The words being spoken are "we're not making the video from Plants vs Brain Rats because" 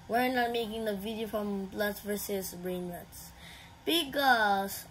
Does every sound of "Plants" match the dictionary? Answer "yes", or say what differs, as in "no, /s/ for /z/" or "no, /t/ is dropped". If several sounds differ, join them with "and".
no, /n/ is dropped